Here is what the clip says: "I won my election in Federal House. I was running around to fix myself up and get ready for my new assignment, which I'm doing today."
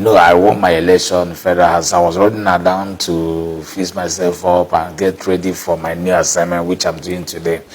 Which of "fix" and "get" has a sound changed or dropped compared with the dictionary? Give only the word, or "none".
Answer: fix